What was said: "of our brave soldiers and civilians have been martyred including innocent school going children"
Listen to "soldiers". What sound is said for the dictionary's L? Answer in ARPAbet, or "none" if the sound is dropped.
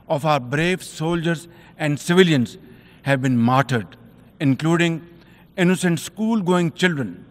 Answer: L